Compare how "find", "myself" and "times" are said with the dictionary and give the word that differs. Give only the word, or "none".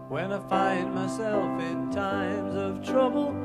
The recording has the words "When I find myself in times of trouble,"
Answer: none